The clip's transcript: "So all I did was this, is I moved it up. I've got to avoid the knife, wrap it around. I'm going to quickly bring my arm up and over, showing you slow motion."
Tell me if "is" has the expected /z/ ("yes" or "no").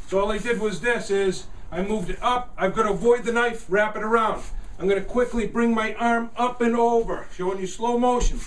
yes